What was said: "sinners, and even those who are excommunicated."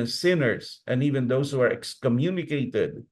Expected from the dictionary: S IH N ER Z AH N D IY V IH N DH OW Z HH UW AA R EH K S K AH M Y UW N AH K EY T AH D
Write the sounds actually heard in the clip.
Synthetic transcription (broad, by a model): S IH N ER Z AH N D IY V IH N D OW S HH UW AA R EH K S K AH M Y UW N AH K EY T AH D